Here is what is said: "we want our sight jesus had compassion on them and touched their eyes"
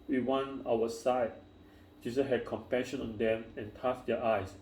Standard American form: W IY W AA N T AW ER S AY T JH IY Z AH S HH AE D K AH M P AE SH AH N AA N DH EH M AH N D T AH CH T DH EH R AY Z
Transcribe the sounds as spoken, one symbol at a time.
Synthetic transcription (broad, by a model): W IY W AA N AW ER S AY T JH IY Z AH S HH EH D K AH M P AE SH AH N AA N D EH M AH N T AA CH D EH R AY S